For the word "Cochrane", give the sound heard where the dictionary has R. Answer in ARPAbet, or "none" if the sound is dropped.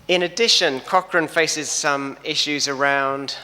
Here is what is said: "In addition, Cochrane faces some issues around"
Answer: R